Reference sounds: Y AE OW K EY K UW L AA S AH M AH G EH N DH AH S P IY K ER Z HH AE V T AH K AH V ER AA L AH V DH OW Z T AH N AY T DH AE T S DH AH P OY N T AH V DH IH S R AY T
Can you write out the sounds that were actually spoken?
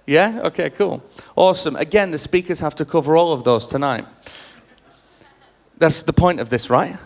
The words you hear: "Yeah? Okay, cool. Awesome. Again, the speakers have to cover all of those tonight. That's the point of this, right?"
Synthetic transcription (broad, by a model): Y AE OW K EY K UW L AA S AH M AH G EH N DH AH S P IY K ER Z HH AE F T AH K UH V ER AA L AH V DH OW Z T AH N AY T DH AE T S DH AH P OY N T AH V DH IH S R AY T